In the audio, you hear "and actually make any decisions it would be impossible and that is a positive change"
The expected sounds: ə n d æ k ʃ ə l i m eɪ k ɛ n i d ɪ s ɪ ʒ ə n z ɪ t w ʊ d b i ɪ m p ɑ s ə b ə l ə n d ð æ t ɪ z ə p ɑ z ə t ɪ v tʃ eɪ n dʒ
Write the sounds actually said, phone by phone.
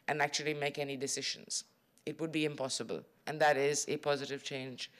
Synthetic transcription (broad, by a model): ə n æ k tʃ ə l i m eɪ k ɛ n i d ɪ s ɪ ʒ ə n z ɪ t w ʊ d b i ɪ m p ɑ s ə b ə l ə n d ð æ t ɪ z ə p ɑ z ə t ɪ v tʃ eɪ n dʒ